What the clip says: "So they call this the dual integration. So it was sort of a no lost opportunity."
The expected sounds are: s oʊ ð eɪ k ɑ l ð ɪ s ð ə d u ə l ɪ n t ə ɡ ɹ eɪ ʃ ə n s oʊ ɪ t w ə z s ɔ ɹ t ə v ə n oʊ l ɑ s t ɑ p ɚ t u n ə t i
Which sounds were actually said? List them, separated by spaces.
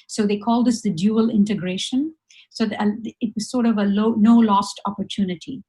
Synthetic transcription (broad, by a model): s oʊ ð eɪ k ɑ l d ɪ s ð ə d u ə l ɪ n t ə ɡ ɹ eɪ ʃ ə n s oʊ ɪ t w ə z s ɔ ɹ t ə v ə n oʊ l ɑ s t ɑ p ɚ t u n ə t i